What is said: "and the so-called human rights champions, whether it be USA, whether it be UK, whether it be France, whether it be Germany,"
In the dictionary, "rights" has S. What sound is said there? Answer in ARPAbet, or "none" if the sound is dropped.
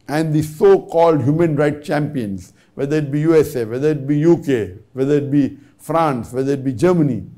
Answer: none